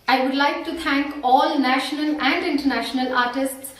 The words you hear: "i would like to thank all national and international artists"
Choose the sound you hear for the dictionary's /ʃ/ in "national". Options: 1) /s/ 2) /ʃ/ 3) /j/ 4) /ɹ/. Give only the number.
2